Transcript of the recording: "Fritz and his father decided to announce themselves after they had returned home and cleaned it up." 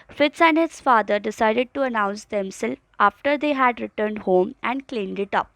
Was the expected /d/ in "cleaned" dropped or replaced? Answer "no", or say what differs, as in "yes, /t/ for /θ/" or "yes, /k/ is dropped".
no